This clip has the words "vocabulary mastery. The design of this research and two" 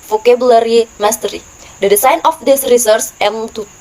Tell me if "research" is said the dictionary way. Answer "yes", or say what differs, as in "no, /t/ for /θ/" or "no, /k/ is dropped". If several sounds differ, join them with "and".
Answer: no, /s/ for /tʃ/